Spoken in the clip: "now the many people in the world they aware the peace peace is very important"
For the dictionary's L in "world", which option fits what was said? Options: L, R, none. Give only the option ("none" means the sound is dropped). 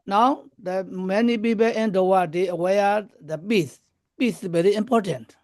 none